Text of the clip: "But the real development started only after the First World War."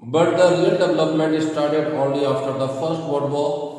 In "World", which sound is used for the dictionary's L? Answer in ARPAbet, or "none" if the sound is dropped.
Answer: none